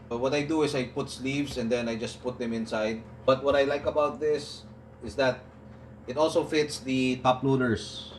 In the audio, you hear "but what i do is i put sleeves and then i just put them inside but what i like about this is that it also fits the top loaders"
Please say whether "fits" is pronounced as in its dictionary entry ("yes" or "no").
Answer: yes